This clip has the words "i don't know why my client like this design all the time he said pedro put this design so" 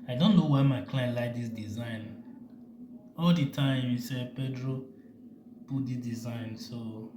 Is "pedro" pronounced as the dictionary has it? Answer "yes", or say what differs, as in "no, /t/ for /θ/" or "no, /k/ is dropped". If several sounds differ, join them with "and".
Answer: yes